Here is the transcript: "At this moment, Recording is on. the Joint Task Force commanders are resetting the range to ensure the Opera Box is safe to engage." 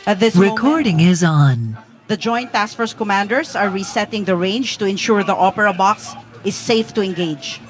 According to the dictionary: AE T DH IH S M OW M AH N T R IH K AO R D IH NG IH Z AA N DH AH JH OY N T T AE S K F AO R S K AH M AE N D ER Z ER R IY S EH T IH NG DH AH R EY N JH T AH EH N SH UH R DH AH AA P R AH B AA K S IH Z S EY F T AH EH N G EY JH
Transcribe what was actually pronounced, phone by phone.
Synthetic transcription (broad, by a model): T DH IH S R IH K AO R D IH NG IH Z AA N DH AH JH OY N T T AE S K F AO R S K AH M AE N D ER S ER R IY S EH T IH NG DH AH R EY N JH T AH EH N SH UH R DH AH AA P R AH B AA K S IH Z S EY F T AH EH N G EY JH